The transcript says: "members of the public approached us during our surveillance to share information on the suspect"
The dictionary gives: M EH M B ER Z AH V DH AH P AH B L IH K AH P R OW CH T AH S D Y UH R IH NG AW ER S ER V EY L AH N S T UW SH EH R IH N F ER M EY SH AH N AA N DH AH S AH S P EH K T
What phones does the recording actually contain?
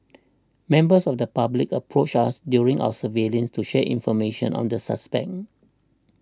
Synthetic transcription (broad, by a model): M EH M B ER S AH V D AH P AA B L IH K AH P R OW CH AA S D Y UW R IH NG AW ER S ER V EY L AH N S T UW SH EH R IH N F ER M EY SH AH N AA N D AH S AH S P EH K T